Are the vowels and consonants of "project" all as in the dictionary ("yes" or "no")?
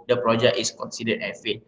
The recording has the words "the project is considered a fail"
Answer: no